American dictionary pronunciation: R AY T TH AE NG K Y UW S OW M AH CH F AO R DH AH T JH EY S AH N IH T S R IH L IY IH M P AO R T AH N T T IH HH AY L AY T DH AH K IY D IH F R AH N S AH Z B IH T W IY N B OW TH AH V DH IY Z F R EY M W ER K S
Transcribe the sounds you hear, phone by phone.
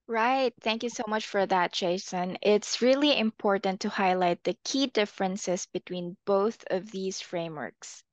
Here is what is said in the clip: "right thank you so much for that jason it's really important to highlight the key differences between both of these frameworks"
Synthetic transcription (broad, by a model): R AY T TH AE NG K Y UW S OW M AH CH F AO R DH AH T CH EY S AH N IH T S R IH L IY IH M P AO R T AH N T T IH HH AY L AY T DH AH K IY D IH F R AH N S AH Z B IH T W IY N B OW TH AH V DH IY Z F R EY M W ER K S